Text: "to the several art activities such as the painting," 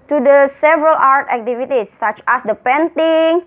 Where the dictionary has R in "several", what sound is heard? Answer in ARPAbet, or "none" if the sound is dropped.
R